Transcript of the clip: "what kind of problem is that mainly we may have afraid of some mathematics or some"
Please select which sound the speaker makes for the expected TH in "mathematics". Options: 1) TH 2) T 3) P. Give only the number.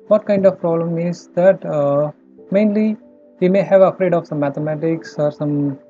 2